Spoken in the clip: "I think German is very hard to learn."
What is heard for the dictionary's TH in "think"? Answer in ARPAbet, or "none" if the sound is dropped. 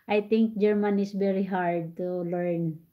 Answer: T